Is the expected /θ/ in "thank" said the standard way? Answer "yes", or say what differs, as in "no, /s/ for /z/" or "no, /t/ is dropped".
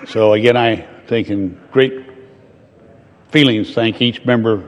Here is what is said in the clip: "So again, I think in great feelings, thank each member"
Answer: yes